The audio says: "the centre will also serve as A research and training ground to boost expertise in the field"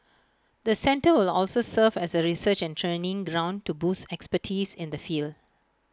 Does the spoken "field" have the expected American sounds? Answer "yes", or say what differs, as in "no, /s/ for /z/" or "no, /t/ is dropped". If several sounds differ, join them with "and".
yes